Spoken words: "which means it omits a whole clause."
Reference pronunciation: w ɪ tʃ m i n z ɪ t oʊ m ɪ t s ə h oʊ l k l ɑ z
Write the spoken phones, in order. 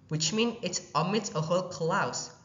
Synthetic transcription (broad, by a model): w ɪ tʃ m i n ɪ t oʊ m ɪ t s ə h oʊ l k l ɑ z